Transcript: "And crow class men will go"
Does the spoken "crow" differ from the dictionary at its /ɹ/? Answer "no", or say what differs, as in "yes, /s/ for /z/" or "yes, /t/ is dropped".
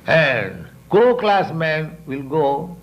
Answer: yes, /ɹ/ is dropped